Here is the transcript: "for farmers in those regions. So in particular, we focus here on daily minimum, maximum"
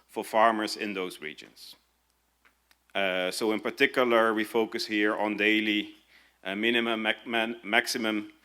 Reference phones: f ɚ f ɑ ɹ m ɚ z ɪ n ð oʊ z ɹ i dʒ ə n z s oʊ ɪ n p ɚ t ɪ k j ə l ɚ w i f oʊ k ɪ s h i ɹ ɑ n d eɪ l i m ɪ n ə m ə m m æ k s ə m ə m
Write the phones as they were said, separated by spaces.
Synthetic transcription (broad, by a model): f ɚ f ɑ ɹ m ɚ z ɪ n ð oʊ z ɹ i dʒ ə n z s oʊ ɪ n p ɚ t ɪ k j ə l ɚ w i f oʊ k ɪ s h i ɹ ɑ n d eɪ l i m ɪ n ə m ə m m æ k s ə m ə m